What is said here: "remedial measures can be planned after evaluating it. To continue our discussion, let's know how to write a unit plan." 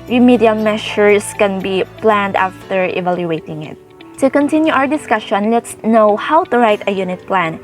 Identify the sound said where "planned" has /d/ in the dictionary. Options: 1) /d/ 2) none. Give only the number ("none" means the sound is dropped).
1